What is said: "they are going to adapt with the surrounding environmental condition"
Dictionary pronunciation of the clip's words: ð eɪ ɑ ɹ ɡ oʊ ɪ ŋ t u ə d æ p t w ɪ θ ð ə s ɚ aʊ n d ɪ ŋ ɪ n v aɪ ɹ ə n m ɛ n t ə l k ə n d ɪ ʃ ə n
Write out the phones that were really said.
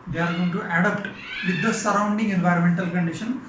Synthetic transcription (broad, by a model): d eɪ ɑ ɹ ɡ oʊ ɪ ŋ t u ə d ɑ p t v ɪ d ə s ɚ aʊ n d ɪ ŋ ɪ n v aɪ ɹ ə n m ɛ n t ə l k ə n d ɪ ʃ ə n